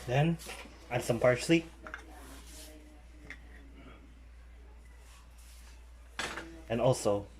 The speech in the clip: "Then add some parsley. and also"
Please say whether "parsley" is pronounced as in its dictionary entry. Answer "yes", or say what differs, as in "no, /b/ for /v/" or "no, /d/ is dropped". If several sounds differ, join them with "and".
no, /ʃ/ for /s/